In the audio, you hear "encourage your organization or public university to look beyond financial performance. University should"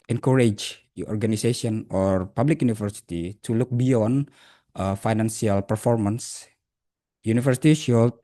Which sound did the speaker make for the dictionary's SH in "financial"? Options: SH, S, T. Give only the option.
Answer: S